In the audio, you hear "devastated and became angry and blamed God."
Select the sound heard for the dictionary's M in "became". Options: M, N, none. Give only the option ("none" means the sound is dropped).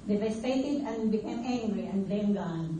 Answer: none